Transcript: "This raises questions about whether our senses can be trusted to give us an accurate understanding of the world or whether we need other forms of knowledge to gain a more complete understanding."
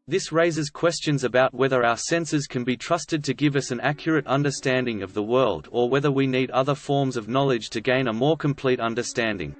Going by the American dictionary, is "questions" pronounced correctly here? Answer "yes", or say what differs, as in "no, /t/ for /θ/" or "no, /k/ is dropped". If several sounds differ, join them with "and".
yes